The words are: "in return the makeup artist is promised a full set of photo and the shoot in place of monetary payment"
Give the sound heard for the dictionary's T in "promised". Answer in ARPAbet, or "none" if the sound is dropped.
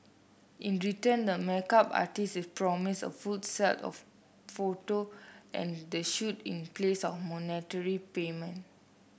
none